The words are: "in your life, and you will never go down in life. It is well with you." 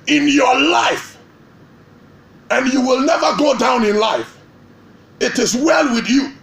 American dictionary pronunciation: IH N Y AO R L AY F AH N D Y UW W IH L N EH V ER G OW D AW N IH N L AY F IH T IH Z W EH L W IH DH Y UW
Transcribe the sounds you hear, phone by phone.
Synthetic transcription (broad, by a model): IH N Y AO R L AY F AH N Y UW W IH L N EH V ER G OW D AW N IH N L AY F IH T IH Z W EH L W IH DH Y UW